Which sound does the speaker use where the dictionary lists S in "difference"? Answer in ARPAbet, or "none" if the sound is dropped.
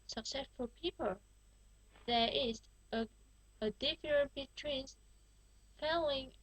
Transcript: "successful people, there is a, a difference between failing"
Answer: none